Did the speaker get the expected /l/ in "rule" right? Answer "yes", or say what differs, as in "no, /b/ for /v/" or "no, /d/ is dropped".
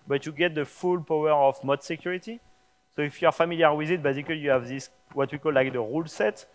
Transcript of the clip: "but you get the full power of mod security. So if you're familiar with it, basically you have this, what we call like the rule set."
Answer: yes